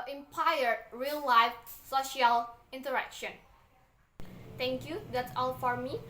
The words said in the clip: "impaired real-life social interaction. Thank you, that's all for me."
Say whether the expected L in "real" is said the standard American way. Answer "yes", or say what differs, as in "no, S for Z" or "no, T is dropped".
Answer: yes